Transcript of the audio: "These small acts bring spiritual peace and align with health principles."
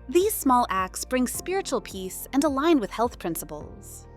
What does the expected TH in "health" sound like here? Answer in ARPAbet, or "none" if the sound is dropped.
TH